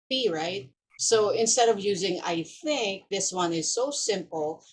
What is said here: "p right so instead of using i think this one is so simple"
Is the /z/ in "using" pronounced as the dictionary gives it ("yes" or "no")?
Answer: yes